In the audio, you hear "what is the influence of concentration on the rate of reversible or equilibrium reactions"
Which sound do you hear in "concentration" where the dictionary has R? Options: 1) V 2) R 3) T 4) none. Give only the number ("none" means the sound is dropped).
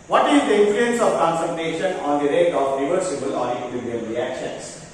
4